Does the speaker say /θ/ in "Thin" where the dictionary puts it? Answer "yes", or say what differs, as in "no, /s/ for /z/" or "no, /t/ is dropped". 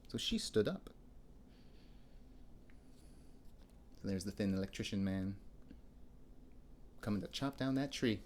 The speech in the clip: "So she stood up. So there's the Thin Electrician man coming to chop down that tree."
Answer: yes